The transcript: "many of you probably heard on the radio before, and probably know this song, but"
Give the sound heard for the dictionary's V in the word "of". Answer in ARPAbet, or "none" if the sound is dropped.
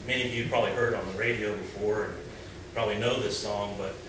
V